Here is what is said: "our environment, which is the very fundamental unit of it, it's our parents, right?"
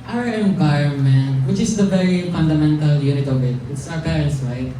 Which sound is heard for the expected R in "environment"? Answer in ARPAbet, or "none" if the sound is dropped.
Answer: none